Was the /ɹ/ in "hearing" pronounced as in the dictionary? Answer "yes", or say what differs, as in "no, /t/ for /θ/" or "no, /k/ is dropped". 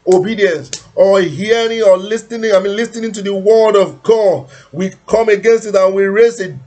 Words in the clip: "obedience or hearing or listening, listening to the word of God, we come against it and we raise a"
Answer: yes